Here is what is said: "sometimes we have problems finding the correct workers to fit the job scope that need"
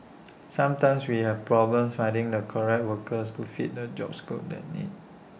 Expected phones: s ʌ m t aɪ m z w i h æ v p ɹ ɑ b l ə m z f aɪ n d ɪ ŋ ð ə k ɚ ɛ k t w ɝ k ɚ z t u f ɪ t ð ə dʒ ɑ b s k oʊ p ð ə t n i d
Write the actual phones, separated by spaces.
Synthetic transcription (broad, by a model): s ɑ m t aɪ m s w i h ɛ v p ɹ ɑ b l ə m s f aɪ d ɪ ŋ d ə k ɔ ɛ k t w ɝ k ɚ s t u f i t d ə dʒ ɑ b s k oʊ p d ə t n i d